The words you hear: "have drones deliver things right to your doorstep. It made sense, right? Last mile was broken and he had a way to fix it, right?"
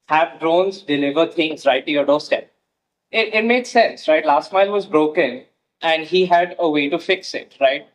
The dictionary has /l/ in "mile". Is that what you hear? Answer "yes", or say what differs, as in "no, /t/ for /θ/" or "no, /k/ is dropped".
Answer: yes